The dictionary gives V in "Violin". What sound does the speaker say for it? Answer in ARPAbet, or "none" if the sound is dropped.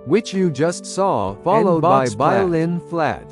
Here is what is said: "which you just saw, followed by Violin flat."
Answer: B